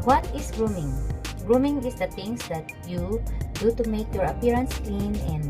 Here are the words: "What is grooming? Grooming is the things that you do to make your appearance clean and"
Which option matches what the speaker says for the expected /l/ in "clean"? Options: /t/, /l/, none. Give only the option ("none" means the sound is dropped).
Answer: /l/